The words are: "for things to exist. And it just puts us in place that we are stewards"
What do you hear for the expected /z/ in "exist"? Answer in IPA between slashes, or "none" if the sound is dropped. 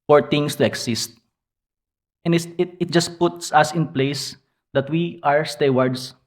/s/